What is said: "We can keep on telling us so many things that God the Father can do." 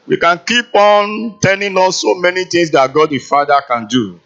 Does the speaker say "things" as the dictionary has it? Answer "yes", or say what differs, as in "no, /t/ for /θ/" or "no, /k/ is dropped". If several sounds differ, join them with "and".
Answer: no, /t/ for /θ/